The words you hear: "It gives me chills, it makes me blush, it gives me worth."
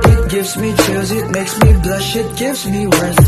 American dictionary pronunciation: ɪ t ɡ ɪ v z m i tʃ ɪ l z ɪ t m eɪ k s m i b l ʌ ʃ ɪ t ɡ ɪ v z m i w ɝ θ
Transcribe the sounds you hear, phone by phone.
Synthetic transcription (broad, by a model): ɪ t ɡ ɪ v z m i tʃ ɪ z ɪ t m eɪ k s m i b l ʌ ʃ ɪ t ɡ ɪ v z m i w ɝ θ